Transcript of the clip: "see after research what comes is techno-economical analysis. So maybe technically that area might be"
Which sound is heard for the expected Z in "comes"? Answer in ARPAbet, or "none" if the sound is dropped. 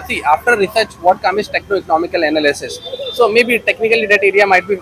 none